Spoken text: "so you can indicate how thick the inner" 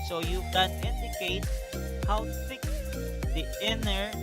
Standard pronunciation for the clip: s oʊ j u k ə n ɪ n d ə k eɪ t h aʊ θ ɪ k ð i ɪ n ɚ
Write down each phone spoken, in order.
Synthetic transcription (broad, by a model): s oʊ j u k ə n ɪ n d ə k eɪ t h aʊ s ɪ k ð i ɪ n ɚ